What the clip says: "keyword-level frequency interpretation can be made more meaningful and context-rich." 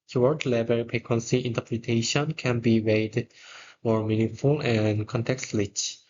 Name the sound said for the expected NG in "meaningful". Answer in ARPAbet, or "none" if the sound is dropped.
none